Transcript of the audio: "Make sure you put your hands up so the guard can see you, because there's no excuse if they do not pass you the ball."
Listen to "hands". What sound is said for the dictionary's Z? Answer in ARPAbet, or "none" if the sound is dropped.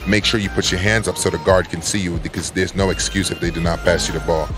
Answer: Z